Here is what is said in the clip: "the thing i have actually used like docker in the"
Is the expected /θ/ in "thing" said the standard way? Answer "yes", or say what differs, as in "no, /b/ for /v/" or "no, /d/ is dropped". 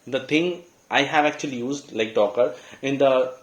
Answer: no, /t/ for /θ/